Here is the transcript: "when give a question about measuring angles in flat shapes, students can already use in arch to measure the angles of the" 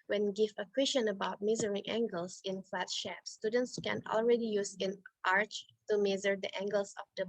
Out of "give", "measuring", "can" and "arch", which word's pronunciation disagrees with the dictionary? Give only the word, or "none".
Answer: measuring